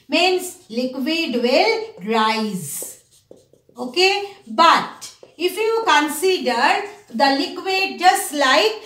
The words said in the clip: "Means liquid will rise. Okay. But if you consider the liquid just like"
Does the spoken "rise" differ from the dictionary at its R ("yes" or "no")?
no